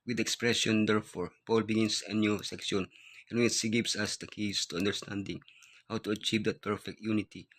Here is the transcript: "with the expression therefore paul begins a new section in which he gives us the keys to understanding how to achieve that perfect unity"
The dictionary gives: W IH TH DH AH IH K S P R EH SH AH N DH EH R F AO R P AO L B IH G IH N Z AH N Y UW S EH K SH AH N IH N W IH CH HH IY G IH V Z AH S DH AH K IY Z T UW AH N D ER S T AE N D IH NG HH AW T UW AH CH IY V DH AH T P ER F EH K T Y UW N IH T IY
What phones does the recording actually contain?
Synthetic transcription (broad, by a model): W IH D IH K S P R EH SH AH N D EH R F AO R P AO L B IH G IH N S AH N Y UW S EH K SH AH N IH N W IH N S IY G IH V S AH S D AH K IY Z T UW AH N D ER S T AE N D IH NG HH AW T UW AH CH IY V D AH T P ER F EH K T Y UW N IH T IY